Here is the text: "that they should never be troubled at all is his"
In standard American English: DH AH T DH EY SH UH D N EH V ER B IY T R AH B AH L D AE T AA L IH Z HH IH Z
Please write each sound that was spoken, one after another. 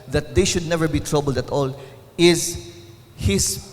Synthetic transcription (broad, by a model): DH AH T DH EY SH UH D N EH V ER B IY T R AH B AH L D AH T AA L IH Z HH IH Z